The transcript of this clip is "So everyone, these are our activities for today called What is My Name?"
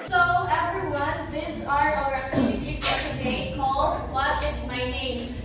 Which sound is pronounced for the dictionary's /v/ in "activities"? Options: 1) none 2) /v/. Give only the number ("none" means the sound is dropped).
1